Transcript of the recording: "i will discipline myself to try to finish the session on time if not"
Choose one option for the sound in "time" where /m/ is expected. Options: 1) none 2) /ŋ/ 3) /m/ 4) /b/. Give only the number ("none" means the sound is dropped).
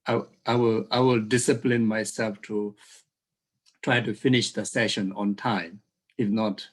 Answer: 3